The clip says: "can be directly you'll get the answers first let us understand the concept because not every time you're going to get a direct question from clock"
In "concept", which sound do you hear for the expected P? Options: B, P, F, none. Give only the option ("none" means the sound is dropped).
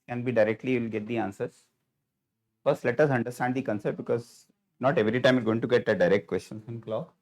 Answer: none